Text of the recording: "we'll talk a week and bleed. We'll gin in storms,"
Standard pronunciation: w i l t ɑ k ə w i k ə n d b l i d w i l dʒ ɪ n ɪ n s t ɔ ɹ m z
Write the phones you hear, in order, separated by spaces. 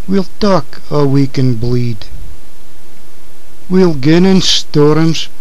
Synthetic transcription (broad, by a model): w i l t ɑ k ə w i k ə n b l i d w i l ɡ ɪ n ɪ n s t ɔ ɹ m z